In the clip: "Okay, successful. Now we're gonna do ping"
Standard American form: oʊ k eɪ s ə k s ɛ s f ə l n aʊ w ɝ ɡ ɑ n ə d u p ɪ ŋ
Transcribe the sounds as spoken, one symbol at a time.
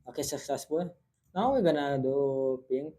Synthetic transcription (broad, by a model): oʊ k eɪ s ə s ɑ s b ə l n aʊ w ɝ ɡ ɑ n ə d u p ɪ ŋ